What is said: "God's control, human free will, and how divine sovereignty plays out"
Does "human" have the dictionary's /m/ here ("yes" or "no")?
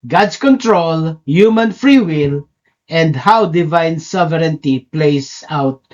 yes